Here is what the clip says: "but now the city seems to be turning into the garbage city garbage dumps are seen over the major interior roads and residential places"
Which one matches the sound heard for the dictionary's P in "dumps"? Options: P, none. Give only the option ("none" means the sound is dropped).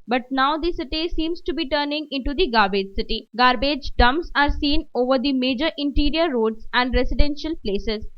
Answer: none